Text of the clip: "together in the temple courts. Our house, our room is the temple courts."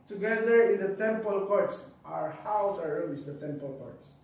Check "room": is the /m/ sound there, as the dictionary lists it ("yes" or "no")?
no